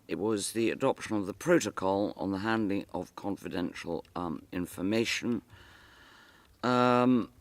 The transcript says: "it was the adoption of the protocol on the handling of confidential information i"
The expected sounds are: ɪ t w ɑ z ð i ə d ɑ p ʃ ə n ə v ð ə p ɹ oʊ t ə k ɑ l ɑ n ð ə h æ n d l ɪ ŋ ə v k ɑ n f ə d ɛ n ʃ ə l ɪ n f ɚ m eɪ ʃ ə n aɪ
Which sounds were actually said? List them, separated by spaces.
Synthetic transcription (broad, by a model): ɪ t w ɑ z ð i ə d ɑ p ʃ ə n ə v ð ə p ɹ oʊ t ə k ɑ l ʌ n ð ə h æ n d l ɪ ŋ ə v k ɑ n f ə d ɛ n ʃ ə l ɪ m f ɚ m eɪ ʃ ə n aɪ